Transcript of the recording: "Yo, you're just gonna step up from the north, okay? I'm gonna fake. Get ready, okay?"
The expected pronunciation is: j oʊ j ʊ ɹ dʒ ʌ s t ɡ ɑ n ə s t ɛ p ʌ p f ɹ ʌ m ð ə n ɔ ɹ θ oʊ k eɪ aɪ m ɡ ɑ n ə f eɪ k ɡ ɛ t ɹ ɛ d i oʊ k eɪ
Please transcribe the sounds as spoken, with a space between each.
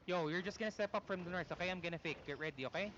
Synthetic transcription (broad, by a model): j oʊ j ʊ ɹ dʒ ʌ s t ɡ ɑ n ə s t ɛ p ʌ p f ɹ ʌ m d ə n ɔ ɹ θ oʊ k eɪ aɪ m ɡ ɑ n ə f eɪ k ɡ ɛ t ɹ ɛ d i oʊ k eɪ